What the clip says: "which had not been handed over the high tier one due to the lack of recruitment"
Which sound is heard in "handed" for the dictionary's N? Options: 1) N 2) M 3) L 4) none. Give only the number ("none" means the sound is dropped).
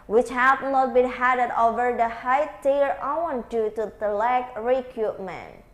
4